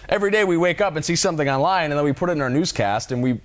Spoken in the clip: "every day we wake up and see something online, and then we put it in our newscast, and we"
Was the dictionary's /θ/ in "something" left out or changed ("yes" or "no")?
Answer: no